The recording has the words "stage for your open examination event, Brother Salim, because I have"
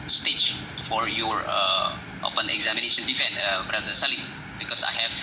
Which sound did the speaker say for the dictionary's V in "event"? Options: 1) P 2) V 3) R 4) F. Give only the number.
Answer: 4